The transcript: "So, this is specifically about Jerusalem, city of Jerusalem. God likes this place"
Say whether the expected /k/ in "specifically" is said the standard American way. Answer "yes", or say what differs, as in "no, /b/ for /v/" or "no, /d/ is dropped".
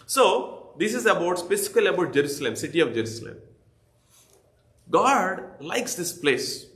no, /k/ is dropped